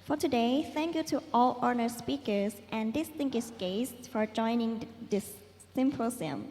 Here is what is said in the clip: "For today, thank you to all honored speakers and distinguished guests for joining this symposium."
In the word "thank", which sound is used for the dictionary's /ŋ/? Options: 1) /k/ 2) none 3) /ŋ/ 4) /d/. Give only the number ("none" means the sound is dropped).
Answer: 3